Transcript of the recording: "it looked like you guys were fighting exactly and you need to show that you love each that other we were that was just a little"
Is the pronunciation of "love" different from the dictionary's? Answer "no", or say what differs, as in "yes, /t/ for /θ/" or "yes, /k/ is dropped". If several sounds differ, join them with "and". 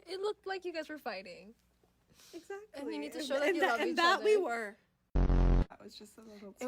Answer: yes, /n/ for /l/